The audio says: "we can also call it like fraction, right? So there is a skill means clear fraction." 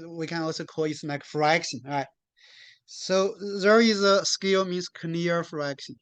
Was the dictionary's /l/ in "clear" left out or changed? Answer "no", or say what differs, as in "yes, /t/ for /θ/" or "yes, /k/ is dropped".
yes, /n/ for /l/